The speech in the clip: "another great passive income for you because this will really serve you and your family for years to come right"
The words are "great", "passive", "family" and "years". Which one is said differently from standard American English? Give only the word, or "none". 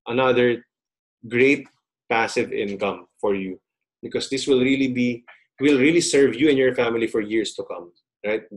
years